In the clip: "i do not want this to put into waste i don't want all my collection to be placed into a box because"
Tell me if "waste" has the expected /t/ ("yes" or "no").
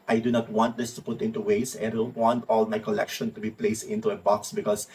no